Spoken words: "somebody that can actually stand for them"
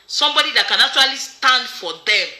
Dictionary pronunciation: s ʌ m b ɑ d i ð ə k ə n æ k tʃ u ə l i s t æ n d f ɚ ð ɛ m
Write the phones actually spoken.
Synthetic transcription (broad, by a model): s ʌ m b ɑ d i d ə k ə n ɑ tʃ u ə l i s t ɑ n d f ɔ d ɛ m